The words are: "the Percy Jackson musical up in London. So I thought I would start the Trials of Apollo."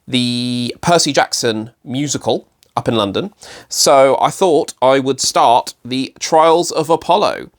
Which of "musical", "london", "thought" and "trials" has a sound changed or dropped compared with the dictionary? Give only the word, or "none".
none